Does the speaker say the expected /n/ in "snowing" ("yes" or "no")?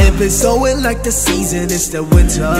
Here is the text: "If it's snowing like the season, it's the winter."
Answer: no